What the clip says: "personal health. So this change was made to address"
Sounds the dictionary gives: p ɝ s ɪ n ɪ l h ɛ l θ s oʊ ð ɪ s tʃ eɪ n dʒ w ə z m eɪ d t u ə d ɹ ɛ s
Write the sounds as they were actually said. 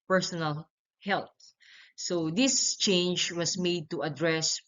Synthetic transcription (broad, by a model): p ɝ s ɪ n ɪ l h ɛ l t s oʊ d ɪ s tʃ eɪ n dʒ w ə s m eɪ d t u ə d ɹ ɛ s